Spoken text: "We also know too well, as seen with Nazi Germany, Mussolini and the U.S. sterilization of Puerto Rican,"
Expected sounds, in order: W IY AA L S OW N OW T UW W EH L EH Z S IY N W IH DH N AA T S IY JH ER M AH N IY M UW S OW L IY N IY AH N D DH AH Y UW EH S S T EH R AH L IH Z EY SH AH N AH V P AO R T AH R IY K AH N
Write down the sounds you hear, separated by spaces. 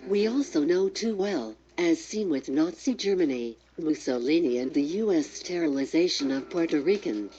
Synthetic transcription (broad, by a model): W IY AA L S OW N OW T UW W EH L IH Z S IY N W IH DH N AA T S IY JH ER M AH N IY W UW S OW L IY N IY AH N DH AH Y UW EH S S T EH R AH L IH Z EY SH AH N AH V P AO R T AH R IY K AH N